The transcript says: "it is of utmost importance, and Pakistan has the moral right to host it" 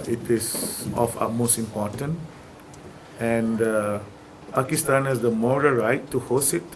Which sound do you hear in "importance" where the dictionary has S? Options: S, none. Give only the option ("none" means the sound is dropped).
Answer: none